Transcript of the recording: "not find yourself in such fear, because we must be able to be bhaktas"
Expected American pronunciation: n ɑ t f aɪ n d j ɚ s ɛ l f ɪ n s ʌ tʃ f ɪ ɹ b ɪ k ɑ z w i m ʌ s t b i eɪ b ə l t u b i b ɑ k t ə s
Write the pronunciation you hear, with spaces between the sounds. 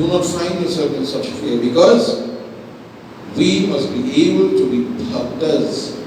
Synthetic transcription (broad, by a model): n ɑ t f aɪ n d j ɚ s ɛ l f ɪ n s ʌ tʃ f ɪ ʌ b ɪ k ɑ z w i m ʌ s t b i eɪ b ə l t u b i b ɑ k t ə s